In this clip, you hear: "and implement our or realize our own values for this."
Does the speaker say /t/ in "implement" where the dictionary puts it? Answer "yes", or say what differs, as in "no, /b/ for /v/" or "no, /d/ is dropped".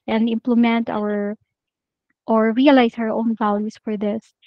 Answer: yes